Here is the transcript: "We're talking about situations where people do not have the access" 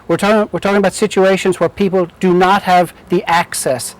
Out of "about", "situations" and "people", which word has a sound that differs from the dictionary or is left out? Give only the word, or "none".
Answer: none